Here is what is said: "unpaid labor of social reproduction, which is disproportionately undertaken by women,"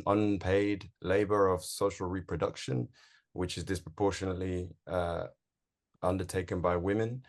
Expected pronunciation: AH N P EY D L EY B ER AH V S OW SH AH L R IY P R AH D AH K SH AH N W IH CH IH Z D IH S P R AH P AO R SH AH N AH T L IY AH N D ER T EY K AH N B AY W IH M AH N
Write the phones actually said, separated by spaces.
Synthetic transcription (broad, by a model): AH N P EY D L EY B ER AH V S OW SH AH L R IY P R AH D AH K SH AH N W IH CH IH Z D IH S P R AH P AO SH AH N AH T L IY AH N D ER T EY K AH N B AY W IH M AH N